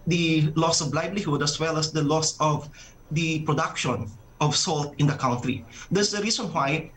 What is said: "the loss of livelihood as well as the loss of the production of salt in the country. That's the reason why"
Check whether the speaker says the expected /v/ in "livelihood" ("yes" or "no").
no